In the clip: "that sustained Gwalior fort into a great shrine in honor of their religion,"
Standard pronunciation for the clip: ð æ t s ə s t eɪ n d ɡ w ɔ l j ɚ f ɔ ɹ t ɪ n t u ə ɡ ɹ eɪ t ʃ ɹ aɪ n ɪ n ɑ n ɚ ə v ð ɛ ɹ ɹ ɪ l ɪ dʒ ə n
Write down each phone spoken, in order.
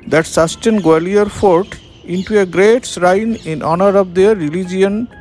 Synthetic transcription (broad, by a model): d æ t s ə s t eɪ n ɡ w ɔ l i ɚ f ɔ ɹ t ɪ n t u ə ɡ ɹ eɪ t s ɹ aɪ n ɪ n ɑ n ɚ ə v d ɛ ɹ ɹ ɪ l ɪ dʒ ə n